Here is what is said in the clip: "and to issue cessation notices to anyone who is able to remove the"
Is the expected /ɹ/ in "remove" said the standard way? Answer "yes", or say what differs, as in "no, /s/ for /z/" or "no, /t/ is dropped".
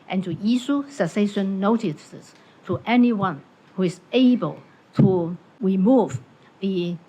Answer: yes